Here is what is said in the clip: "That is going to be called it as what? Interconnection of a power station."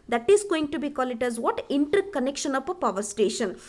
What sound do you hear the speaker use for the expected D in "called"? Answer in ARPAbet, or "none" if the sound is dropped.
none